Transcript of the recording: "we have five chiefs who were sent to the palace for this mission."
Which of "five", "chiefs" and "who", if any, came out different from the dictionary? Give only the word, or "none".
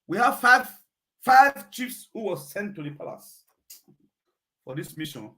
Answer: none